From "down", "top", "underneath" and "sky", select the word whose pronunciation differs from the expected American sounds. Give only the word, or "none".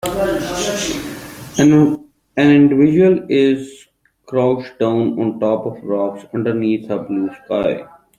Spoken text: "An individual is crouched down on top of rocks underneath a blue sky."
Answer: underneath